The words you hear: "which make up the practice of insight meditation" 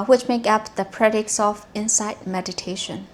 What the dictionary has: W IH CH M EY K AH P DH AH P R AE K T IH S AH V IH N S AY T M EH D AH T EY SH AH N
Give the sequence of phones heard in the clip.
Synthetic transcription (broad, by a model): W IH CH M EY K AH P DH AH P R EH T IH S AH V IH N S AY T M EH D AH T EY SH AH N